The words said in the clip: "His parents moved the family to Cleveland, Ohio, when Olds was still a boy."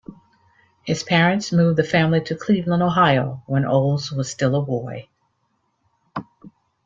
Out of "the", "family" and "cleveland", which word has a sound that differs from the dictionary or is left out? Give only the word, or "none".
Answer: cleveland